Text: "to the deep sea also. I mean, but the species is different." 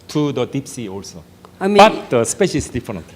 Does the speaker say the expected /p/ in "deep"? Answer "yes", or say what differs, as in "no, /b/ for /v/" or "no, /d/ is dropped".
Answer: yes